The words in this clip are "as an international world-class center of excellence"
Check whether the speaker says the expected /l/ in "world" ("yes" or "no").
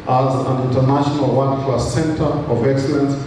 no